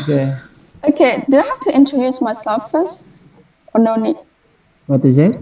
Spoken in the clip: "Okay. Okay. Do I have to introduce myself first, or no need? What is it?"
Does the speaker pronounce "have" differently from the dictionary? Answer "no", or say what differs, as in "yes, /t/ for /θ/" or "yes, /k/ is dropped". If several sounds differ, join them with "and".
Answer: yes, /f/ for /v/